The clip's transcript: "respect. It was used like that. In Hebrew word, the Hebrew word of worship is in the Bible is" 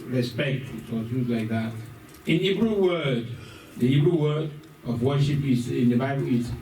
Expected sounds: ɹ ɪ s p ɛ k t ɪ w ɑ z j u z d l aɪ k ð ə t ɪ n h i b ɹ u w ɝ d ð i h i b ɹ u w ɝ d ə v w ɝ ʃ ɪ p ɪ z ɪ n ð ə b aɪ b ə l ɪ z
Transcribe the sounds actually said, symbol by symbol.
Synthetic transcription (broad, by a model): ɹ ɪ s p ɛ k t ɪ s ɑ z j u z l aɪ k ð ə t ɪ n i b ɹ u w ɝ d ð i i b ɹ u w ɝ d ə v w ɝ ʃ ɪ p ɪ z ɪ n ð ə b aɪ b ə l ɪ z